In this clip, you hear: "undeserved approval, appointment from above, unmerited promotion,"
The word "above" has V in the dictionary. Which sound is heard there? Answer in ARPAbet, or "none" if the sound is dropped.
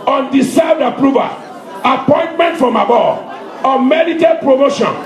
none